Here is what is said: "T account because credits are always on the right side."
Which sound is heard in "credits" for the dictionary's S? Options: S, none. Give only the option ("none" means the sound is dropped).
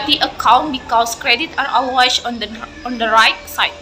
none